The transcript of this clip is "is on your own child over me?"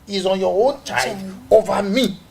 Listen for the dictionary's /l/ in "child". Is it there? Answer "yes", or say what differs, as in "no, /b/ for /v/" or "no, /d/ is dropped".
no, /l/ is dropped